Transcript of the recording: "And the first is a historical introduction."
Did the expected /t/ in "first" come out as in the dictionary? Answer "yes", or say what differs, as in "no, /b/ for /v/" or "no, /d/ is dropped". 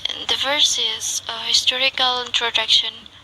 no, /t/ is dropped